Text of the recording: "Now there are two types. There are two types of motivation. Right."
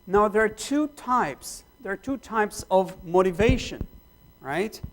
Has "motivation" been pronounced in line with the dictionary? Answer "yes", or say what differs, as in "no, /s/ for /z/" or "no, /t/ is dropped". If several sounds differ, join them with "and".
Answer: yes